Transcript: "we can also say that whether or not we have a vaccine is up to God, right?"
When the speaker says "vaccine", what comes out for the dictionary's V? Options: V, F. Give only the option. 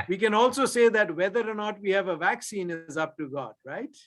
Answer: V